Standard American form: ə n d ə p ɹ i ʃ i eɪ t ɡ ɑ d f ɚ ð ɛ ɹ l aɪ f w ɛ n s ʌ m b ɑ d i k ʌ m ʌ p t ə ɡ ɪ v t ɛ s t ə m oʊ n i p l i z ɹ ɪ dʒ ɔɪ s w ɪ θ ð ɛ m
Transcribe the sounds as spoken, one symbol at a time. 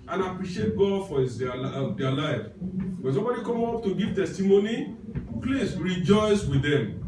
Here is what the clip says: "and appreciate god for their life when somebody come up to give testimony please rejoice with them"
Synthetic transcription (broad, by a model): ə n ə p ɹ i ʃ i eɪ t ɡ ɑ d f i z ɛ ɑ l aɪ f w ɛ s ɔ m b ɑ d i k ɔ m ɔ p t ə ɡ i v t ɛ s t ə m oʊ n i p l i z ɹ ɪ dʒ ɔɪ s w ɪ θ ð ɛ m